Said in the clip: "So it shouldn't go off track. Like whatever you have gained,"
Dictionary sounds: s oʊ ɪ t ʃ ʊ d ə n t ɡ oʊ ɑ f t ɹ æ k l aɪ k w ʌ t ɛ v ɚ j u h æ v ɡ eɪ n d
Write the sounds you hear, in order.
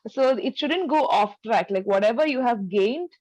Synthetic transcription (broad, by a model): s oʊ ɪ t ʃ ʊ d ə n t ɡ oʊ ɑ f t ɹ æ k l aɪ k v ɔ t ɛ v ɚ j u h æ v ɡ eɪ n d